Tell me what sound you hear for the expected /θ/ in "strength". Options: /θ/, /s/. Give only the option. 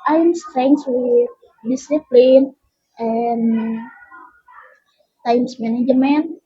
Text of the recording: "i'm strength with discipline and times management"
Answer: /s/